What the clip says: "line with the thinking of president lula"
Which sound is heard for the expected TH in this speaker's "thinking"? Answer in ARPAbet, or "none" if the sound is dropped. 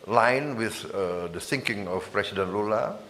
S